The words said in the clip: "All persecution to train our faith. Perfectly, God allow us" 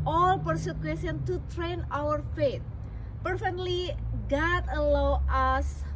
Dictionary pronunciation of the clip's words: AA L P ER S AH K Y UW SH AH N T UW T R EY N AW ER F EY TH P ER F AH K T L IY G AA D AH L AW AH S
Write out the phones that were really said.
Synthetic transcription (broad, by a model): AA L P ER S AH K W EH S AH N T UW T R EY N AW ER F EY T P ER F AH K T L IY G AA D AH L AW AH S